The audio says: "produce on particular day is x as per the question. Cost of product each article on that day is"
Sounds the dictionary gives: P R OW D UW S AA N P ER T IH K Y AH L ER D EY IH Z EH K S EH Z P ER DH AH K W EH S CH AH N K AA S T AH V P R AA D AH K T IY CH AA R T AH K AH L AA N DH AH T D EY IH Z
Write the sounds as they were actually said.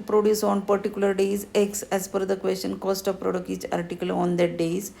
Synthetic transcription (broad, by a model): P R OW D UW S AA N P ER T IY K Y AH L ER D EY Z EH K S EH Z F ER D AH K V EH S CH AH N K AA S T AH V P R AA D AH K IY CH AA R T AH K AH L AA N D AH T D EY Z